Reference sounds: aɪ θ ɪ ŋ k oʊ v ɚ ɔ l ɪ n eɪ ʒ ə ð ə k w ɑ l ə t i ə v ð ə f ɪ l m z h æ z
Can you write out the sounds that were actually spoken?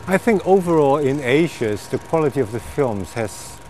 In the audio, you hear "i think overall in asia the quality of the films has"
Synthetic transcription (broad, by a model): aɪ θ ɪ ŋ k oʊ v ɚ ɔ l ɪ n eɪ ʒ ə ð ə k w ɑ l ə t i ə v ð ə f ɪ l m z h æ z